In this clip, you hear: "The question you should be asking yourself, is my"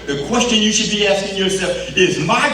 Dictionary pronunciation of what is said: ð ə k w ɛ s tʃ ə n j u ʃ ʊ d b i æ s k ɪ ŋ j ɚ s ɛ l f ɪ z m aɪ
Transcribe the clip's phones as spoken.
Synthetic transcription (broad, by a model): ð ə k w ɛ s tʃ ə n j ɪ ʃ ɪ d b i æ s k ɪ ŋ j ɚ s ɛ l f ɪ z m aɪ